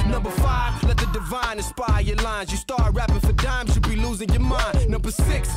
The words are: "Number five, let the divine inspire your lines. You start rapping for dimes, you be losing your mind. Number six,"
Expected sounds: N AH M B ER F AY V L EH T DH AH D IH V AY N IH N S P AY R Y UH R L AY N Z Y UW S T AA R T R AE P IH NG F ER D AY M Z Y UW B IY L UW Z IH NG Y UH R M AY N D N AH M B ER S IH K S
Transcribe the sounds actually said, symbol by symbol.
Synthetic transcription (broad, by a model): N AH M B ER F AY V L EH T DH AH D IH V AY N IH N S P AY Y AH R L AY N Z Y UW S T AA R T R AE P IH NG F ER D AY M Z Y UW B IY L UW Z IH NG Y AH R M AY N N AH M B ER S IH K S